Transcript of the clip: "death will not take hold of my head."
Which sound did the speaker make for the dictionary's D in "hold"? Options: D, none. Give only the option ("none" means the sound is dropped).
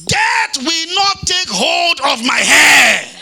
D